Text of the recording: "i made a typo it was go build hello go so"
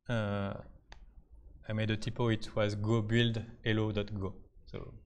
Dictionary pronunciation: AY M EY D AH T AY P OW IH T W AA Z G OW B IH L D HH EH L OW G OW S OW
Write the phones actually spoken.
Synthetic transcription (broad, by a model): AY M EY D AH T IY P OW IH T W AA Z G OW B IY L D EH L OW G OW S OW